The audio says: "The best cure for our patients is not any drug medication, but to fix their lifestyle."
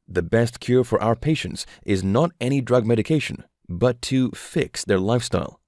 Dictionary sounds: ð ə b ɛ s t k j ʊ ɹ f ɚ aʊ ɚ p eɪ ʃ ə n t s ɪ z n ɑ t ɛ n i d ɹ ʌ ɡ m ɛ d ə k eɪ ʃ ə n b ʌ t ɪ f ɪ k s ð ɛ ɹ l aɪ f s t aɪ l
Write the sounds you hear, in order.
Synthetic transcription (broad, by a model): ð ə b ɛ s t k j ʊ ɹ f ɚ aʊ ɚ p eɪ ʃ ə n t s ɪ z n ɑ t ɛ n i d ɹ ʌ ɡ m ɛ d ə k eɪ ʃ ə n b ʌ t ɪ f ɪ k s ð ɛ ɹ l aɪ f s t aɪ l